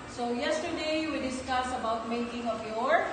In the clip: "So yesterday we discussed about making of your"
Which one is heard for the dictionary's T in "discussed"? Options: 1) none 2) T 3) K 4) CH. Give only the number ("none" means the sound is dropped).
1